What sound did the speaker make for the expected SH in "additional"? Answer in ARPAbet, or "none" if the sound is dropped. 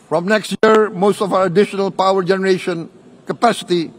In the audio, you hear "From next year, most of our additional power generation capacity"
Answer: SH